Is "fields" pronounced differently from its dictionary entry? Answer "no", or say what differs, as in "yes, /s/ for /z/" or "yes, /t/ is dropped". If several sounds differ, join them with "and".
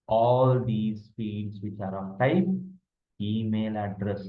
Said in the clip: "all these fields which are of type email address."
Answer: yes, /l/ is dropped